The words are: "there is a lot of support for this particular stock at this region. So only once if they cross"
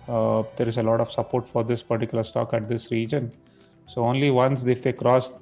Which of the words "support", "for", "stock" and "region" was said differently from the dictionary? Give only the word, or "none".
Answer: none